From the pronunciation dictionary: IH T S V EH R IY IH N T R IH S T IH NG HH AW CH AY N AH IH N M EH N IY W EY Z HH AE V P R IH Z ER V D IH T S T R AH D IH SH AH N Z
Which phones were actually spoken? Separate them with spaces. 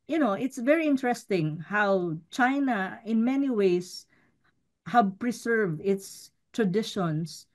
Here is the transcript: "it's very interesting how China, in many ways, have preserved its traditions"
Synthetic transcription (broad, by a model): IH T S V EH R IY IH N T R IH S T IH NG HH AW CH AY N AH IH N M EH N IY W EY S HH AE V P R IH S ER V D IH T S T R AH D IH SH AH N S